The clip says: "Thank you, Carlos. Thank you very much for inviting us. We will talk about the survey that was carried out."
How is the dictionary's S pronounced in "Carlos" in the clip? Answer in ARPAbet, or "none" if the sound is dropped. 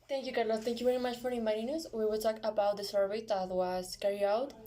none